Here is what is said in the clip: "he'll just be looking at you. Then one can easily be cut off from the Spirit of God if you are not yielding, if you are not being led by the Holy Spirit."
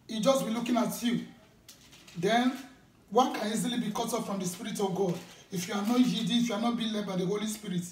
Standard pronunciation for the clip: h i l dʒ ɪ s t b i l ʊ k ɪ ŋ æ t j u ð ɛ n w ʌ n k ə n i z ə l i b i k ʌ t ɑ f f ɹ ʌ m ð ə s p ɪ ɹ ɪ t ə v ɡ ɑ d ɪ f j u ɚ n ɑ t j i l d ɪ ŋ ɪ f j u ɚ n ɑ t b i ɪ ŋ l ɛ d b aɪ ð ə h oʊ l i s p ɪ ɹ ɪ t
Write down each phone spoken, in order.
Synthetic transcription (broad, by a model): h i dʒ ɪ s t b i l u k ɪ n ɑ t j u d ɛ n w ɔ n k ə n i z ə l i b i k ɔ t ɑ p f ɹ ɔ m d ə s p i ɹ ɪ t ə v ɡ ɑ d ɪ f j u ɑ n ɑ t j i d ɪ ɪ f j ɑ n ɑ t b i l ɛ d b aɪ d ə h oʊ l i s p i ɹ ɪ t